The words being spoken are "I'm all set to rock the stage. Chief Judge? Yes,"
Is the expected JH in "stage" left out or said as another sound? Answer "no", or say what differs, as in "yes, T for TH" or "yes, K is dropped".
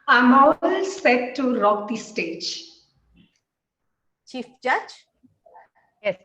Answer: no